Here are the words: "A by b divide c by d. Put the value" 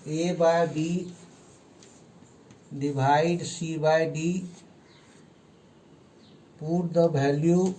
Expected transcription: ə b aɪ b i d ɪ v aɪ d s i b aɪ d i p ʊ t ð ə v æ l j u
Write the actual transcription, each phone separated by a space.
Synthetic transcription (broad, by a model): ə b aɪ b i d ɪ b aɪ d s i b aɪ d i p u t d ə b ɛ l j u